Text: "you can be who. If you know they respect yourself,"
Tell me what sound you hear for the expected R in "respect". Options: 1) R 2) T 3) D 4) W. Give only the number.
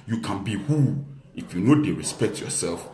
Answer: 1